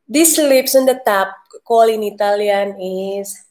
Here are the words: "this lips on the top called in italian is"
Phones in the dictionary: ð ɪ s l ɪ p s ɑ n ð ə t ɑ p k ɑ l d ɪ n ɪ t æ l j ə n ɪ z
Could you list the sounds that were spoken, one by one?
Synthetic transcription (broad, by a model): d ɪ s l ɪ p s ɑ n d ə t ɑ p k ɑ l ɪ n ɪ t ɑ l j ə n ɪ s